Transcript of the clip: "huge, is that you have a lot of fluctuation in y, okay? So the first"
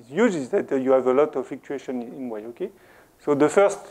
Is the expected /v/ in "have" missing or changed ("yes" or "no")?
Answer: no